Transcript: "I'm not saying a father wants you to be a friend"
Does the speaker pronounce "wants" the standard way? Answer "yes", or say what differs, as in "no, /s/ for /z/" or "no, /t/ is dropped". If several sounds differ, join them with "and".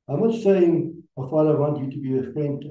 no, /s/ is dropped